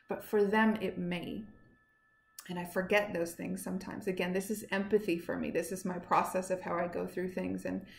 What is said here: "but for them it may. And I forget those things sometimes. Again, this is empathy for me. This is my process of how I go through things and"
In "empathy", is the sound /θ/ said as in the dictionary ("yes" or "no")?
yes